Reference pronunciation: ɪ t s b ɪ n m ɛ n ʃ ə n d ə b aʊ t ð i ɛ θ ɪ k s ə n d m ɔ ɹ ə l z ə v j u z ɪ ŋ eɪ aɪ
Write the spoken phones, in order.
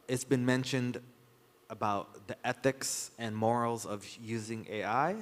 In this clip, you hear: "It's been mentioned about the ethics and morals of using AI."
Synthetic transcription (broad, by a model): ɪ t s b ɪ n m ɛ n ʃ ə n d ə b aʊ t ð i ɛ θ ɪ k s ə n m ɔ ɹ l z ə v j u z ɪ ŋ eɪ aɪ